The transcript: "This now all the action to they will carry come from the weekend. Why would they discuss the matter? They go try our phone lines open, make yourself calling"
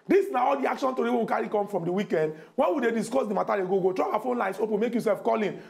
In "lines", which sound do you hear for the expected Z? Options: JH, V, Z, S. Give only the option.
S